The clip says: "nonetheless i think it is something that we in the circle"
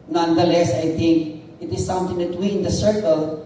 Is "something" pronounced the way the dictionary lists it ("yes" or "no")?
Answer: no